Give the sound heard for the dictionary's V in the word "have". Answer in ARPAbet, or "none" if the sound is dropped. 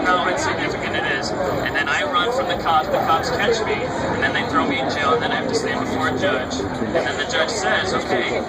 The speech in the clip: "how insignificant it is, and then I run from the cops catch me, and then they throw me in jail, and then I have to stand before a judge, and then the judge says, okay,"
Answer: F